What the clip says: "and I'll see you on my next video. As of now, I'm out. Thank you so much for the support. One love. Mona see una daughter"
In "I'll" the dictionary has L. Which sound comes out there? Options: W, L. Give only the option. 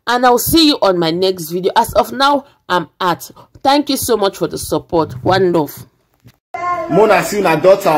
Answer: W